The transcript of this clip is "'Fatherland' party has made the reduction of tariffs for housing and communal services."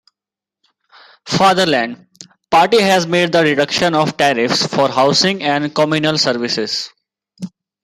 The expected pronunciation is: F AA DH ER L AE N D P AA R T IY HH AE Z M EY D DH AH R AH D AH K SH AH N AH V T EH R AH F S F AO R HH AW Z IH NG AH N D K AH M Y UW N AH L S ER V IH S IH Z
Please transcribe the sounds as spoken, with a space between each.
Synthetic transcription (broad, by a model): F AA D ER L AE N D P AA R T IY HH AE Z M EY D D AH R AH D AH K SH AH N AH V T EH R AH F S F AO R HH AW S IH NG AH N D K AH M Y UW N AH L S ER V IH S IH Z